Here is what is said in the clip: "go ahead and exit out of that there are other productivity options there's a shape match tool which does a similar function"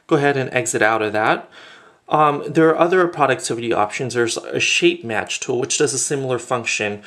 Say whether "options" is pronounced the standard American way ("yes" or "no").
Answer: yes